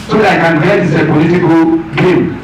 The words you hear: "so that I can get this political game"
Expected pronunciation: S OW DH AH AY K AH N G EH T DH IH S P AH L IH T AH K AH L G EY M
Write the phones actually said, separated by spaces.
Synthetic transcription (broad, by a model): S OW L AY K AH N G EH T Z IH P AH L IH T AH K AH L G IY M